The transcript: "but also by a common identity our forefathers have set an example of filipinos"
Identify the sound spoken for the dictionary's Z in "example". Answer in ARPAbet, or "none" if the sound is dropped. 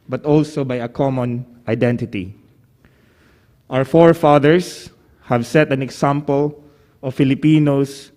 S